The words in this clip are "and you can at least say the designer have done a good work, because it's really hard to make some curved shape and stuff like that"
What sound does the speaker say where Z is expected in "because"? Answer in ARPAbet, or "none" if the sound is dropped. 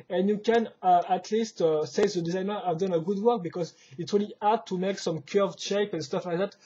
Z